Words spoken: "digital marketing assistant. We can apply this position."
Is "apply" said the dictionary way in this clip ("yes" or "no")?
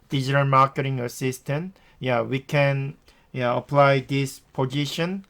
yes